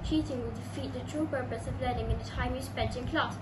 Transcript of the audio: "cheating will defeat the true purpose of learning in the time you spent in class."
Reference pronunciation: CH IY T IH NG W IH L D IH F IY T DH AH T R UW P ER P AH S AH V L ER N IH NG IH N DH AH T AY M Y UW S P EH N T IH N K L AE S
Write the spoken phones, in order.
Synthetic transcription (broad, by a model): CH IY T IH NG W IH L D IH F IY T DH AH T R UW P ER P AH S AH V L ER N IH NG IH N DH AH T AY M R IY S B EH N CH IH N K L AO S